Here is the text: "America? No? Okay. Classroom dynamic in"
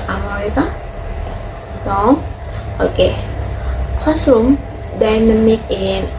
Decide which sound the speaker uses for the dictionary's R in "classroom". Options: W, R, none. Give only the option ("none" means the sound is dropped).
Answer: none